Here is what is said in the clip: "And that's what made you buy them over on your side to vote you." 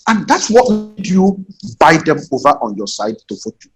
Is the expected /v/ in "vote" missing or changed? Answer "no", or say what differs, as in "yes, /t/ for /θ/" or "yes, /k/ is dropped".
yes, /f/ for /v/